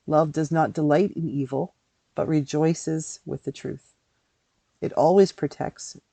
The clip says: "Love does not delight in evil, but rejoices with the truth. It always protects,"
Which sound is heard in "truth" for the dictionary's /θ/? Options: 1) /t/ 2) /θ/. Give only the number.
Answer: 2